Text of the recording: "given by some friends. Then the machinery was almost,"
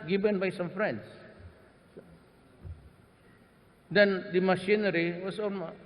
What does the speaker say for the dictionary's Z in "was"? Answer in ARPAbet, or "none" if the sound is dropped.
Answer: S